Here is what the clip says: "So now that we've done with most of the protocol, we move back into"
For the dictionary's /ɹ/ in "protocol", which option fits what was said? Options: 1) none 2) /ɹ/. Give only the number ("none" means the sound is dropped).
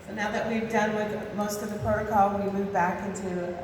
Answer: 1